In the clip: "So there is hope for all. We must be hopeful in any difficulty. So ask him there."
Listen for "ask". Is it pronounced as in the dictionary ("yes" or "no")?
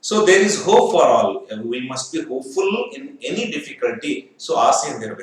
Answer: no